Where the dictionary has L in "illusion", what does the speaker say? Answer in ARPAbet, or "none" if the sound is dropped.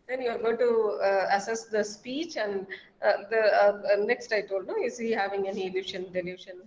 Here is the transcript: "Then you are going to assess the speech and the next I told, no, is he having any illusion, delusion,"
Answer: none